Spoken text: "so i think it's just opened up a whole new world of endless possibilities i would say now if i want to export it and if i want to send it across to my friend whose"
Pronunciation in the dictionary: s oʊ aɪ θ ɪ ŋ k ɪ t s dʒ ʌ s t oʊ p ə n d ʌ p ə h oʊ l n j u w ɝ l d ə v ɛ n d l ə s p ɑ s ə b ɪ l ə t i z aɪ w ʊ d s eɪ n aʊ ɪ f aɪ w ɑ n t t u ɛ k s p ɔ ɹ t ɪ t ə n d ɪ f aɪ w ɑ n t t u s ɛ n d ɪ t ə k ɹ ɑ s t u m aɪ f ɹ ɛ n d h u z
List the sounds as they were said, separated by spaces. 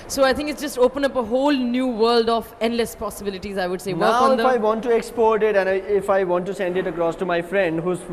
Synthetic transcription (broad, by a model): s oʊ aɪ t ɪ ŋ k ɪ t s dʒ ʌ s t oʊ p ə n ʌ p ə h oʊ l n j u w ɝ l d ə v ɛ n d l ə s p ɑ s ə b ɪ l ə t i z aɪ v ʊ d s eɪ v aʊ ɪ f aɪ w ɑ n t t u ɛ k s p ɔ ɹ t ɪ t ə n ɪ ɪ f aɪ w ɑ n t t u s ɛ n d ɪ t ə k ɹ ɑ s t u m aɪ f ɹ ɛ n d h u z